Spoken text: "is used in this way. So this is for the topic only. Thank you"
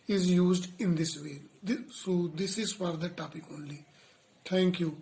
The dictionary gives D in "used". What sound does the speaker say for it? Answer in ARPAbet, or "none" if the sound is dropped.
D